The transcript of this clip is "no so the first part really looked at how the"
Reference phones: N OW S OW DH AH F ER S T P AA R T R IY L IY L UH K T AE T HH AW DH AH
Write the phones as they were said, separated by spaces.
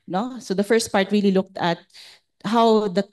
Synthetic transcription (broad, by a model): N OW S OW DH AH F ER S T P AA R T R IY L IY L UH K T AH T HH AW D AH